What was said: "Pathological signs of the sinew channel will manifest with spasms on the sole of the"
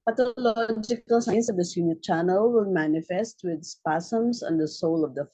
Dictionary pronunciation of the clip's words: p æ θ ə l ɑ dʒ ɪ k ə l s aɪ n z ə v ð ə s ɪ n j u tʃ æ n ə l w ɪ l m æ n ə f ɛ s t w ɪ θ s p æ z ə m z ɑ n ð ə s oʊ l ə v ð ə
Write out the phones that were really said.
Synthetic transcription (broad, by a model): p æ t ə l ɑ dʒ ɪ k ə l s aɪ n s ə v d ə s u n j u tʃ æ n ə l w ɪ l m æ n ə f ɛ s t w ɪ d s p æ s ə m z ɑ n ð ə s oʊ l ə v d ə